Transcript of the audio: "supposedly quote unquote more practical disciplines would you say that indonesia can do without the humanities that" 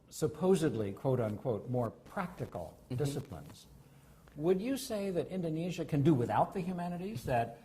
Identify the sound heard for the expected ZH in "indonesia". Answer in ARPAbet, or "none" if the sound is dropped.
ZH